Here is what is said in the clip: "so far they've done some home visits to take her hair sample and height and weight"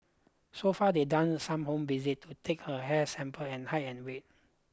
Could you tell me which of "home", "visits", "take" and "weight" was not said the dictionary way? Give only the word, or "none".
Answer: visits